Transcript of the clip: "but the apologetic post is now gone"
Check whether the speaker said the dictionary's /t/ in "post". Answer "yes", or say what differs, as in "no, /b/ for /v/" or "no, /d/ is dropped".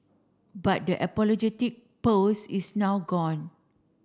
no, /t/ is dropped